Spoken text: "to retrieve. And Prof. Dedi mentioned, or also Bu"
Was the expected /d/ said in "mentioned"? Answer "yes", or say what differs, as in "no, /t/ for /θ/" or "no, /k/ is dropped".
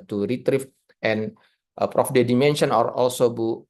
no, /d/ is dropped